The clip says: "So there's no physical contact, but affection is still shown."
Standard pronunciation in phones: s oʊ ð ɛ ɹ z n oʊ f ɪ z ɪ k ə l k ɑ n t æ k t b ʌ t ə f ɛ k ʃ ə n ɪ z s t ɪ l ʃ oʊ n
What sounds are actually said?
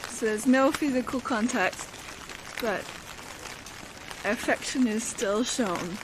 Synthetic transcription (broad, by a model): s oʊ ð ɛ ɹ z n oʊ f ɪ z ɪ k ə l k ɑ n t æ k t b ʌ t ə f ɛ k ʃ ə n ɪ z s t ɪ l ʃ oʊ n